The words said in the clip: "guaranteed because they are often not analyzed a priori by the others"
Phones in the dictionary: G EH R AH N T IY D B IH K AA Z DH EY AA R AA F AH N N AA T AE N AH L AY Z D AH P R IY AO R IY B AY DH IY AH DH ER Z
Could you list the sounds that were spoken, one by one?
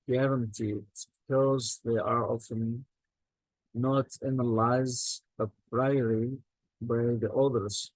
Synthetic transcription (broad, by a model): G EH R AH N T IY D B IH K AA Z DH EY AA R AA F AH N N AA T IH N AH L AY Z AH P R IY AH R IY B AY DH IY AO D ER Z